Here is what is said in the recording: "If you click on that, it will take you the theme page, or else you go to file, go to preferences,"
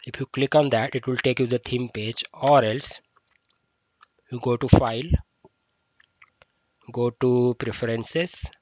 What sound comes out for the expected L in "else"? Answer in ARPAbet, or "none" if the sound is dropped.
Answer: L